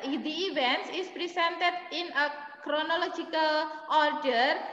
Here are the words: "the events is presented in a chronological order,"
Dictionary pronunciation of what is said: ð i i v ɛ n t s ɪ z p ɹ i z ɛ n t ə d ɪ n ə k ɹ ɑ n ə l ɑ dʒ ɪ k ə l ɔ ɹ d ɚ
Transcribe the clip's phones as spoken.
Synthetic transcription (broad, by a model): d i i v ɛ n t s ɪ s p ɹ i s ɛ n t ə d ɪ n ə k ɹ ɑ n ə l ɑ dʒ ɪ k ə l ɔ ɹ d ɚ